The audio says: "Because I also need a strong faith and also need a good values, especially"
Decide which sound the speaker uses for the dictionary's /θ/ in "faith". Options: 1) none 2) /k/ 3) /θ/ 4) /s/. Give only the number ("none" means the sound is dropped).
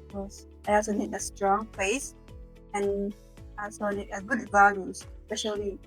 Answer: 4